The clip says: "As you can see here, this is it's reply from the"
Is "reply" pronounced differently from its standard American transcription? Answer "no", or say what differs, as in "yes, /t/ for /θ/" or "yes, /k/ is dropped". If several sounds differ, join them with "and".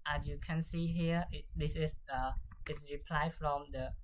no